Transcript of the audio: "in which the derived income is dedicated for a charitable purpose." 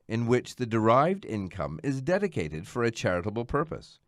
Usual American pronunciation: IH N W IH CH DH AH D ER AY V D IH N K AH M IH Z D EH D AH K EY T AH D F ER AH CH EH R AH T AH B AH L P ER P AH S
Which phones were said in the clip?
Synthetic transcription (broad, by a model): IH N W IH CH DH AH D ER AY V D IH N K AH M IH Z D EH D AH K EY T AH D F ER AH CH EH R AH T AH B L P ER P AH S